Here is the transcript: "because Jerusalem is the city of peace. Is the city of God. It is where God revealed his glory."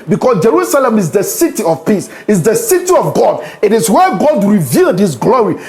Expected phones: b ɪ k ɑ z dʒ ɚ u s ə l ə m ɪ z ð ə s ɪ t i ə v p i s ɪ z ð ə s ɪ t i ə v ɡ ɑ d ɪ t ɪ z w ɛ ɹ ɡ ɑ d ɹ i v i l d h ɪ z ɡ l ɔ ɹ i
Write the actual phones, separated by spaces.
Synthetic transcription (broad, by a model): b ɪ k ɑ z dʒ ɚ u s ə l ə m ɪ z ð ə s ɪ t i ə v p i s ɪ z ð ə s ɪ t i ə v ɡ ɑ d ɪ t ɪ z w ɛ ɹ ɡ ɑ d ɹ i v i l d h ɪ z ɡ l ɔ ɹ i